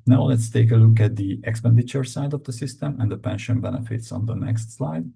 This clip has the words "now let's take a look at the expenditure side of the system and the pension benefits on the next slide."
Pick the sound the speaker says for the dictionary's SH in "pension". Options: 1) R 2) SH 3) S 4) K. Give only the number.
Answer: 2